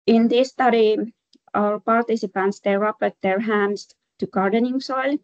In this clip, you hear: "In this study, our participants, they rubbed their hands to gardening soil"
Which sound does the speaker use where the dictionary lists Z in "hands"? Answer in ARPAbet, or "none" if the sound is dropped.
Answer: S